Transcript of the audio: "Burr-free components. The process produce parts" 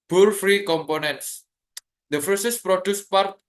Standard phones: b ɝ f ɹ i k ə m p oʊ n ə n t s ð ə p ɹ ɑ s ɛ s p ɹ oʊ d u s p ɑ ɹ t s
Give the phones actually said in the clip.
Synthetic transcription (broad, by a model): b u f ɹ i k ə m p oʊ n ə n t s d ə f ɹ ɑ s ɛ s p ɹ oʊ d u s p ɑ ɹ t